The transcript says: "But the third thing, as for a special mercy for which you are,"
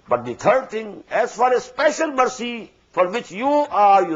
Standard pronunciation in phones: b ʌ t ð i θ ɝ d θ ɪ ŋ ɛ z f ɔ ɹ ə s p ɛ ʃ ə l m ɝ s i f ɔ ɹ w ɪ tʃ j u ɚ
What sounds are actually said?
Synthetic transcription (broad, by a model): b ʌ t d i t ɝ d t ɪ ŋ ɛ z f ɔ ɹ ə s p ɛ ʃ ə l m ɝ s i f ɔ ɹ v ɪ tʃ j u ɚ